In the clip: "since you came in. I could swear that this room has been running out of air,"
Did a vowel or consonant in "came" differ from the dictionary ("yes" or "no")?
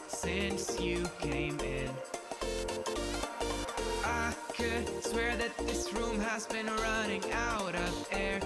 no